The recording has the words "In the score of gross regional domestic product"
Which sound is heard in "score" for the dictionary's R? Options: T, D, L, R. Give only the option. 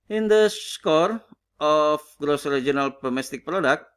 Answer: R